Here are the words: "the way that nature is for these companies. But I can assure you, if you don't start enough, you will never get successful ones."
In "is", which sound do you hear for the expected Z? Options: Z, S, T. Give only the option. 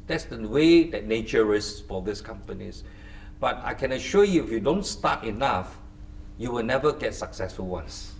S